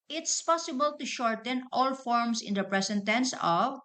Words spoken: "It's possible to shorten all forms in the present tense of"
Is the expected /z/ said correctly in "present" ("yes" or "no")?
no